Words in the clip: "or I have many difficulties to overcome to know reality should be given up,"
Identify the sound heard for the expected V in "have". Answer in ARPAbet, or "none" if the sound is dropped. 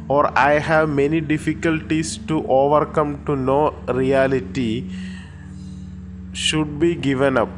V